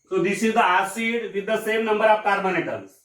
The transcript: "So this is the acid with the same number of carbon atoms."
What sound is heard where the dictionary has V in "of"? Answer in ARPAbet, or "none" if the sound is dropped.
P